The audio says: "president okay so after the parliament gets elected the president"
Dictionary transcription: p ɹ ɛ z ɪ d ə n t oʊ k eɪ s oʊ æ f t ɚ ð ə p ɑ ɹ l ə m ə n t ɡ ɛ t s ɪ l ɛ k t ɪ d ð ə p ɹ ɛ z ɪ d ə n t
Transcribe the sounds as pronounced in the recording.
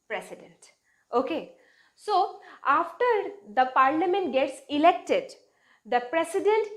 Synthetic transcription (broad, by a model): p ɹ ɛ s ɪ d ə n t oʊ k eɪ s oʊ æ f t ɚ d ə p ɑ ɹ l ə m ə n t ɡ ɛ t s ɪ l ɛ k t ɪ d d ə p ɹ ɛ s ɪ d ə n t